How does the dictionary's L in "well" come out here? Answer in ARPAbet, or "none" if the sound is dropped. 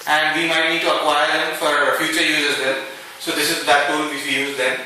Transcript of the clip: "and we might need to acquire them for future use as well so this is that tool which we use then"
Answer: N